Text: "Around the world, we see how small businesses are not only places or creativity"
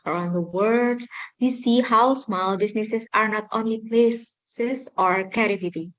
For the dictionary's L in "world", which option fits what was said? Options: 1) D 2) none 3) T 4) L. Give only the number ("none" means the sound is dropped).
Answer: 2